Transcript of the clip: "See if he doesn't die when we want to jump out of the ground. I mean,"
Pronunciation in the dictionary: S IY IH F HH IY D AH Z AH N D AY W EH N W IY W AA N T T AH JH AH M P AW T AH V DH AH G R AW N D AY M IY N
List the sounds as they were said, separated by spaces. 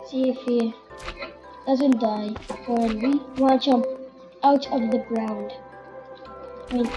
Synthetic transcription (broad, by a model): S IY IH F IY D AH Z AH N D AY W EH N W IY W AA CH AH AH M AW T AH V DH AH G R AW N D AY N